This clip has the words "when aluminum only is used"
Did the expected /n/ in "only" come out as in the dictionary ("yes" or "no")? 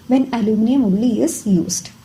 no